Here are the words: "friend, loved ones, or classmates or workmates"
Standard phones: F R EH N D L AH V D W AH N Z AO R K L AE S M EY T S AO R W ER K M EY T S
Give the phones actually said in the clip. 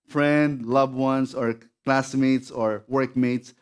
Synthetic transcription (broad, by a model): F R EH N D L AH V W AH N S AO R K L AE S M EY T S AO R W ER K M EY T S